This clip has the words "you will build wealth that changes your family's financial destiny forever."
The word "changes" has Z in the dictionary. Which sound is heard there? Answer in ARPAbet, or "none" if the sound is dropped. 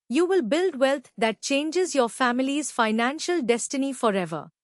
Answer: Z